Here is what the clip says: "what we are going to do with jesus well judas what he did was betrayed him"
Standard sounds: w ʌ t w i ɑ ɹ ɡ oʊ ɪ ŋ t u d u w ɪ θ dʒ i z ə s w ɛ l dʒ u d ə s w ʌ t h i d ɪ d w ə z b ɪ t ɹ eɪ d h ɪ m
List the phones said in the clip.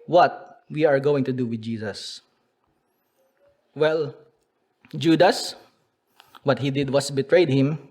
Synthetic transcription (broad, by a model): w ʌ t w i ɑ ɹ ɡ oʊ ɪ ŋ t u d u w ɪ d dʒ i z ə s w ɛ l dʒ u d ə s w ʌ t h i d ɪ d w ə s b ɪ t ɹ eɪ d h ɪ m